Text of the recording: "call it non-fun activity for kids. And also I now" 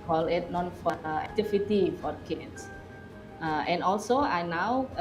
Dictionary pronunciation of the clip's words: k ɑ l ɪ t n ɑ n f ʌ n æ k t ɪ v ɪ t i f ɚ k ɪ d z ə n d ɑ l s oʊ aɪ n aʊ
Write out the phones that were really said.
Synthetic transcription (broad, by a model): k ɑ l ɪ t n ɑ n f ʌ æ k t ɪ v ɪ t i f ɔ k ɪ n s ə n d ɑ l s oʊ aɪ n aʊ